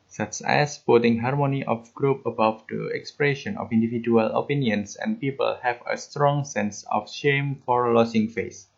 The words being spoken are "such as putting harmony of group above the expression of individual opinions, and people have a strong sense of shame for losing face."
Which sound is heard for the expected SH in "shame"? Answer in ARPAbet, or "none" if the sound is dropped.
SH